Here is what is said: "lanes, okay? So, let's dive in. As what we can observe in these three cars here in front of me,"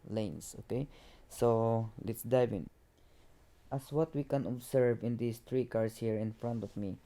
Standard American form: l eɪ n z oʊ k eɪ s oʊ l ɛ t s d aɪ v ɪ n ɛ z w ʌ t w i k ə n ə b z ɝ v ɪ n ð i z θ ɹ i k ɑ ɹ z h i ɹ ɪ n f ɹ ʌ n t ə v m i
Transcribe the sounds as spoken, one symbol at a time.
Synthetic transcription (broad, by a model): l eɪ n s oʊ k eɪ s oʊ l ɛ t s d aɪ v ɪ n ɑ s w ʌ t w i k ə n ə b s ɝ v ɪ n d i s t ɹ i k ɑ ɹ s h i ɹ ɪ n f ɹ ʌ n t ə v m i